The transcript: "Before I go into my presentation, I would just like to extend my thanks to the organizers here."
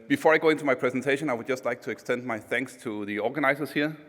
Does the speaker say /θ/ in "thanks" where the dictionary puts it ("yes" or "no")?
yes